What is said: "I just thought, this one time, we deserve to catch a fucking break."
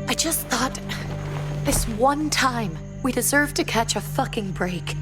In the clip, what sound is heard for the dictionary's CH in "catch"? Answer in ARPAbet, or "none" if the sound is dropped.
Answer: CH